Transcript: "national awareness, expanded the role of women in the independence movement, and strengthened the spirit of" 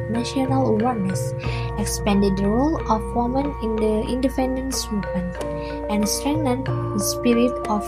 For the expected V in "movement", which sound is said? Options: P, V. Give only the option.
P